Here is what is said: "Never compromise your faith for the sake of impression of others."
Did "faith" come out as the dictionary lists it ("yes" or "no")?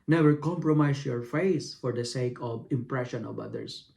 no